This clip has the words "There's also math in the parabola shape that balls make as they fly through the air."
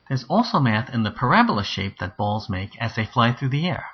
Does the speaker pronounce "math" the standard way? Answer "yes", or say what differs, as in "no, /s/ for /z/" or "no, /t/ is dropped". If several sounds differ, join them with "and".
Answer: yes